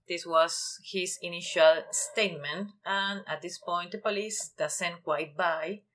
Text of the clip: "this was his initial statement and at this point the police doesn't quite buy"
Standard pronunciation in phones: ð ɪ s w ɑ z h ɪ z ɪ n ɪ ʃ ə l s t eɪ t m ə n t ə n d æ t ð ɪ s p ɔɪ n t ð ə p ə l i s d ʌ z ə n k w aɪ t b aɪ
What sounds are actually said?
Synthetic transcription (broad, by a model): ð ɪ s w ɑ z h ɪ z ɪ n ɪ ʃ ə l s t eɪ t m ə n t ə n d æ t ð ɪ s p ɔɪ n t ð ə p ə l i s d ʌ s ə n k w aɪ t b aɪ